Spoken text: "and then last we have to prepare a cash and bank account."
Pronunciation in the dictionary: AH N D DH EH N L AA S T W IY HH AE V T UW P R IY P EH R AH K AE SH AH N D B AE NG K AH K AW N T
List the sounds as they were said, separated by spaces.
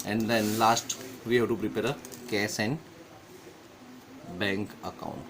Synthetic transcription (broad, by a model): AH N D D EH N L AA S T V IY HH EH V T UW P R IY P EH R AH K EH S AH N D B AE NG K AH K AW N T